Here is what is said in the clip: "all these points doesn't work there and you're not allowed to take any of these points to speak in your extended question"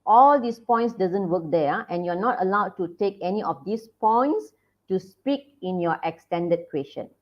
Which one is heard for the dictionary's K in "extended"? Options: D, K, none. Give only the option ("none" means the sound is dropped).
K